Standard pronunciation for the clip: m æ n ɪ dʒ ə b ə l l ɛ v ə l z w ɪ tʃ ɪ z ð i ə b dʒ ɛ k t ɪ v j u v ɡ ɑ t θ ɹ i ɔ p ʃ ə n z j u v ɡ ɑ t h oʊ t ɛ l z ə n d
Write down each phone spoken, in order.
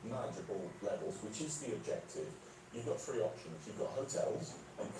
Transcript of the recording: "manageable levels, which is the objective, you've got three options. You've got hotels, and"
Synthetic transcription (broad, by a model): m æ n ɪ dʒ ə b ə l l ɛ v ə l z w ɪ tʃ ɪ z ð i ə b dʒ ɛ k t ɪ v j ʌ v ɡ ɑ t f ɹ i ɔ p ʃ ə n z j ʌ v ɡ ɑ t h oʊ t ɛ l z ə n